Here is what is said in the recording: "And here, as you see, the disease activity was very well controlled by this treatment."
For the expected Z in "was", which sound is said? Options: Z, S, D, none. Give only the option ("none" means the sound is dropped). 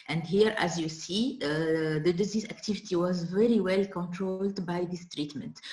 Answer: Z